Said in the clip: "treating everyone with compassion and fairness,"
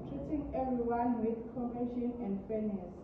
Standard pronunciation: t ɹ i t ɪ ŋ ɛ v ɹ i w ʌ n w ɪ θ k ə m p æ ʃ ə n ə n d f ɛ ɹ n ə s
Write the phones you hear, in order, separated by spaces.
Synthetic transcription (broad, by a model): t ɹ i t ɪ ŋ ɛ v ɹ i w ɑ n w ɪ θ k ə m ɛ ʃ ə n ə n d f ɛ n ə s